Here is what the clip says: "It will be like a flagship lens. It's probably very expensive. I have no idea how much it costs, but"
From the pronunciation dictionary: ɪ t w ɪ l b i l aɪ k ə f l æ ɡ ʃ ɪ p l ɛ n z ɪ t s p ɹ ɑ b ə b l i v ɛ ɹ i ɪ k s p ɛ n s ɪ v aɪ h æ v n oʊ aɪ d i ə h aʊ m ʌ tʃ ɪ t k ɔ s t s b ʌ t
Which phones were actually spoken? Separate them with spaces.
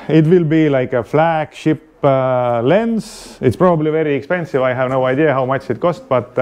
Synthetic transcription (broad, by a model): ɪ t w ɪ l b i l aɪ k ə f l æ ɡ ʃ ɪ p l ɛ n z ɪ t s p ɹ ɑ b ə b l i v ɛ ɹ i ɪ k s p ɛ n s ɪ v aɪ h æ v n oʊ aɪ d i ə h aʊ m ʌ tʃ ɪ t k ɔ s t b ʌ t